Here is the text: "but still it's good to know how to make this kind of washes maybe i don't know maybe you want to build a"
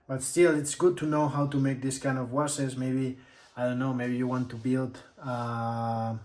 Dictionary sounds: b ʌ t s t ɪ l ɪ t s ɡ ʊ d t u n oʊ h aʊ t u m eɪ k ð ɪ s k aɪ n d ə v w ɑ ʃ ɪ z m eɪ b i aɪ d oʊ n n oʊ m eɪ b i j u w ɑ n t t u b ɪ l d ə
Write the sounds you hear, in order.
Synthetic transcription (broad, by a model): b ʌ t s t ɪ l ɪ t s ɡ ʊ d t u n oʊ h aʊ t u m eɪ k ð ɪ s k aɪ n d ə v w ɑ s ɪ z m eɪ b i aɪ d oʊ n n oʊ m eɪ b i j u w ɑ n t t u b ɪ l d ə